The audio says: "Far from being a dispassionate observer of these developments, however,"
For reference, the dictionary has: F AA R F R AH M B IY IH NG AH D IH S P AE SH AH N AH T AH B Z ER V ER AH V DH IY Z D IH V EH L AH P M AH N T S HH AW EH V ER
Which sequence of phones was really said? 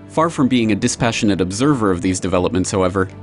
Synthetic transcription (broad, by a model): F AA R F R AH M B IY IH NG AH D IH S P AE SH AH N AH T AH B Z ER V ER AH V DH IY Z D IH V EH L AH P M AH N T S HH AW EH V ER